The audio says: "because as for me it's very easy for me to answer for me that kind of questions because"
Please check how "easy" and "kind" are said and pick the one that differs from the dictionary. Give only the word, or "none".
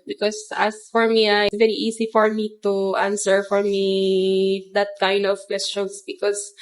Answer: easy